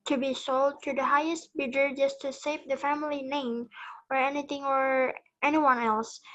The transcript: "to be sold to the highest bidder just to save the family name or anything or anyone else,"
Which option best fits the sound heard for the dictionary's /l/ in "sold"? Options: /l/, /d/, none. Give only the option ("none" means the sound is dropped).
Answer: /l/